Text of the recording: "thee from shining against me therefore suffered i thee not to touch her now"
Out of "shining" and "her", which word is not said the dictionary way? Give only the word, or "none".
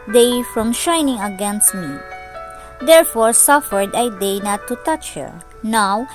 none